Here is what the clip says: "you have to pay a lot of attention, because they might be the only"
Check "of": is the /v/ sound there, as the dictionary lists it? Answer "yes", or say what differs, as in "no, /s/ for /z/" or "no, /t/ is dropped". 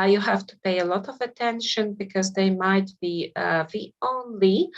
yes